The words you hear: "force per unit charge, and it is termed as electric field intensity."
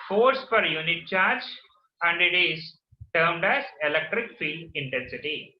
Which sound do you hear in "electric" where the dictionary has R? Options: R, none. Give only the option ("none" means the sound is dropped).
R